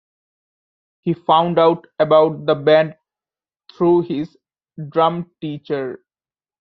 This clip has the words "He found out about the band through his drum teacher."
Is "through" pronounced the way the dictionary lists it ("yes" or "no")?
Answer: no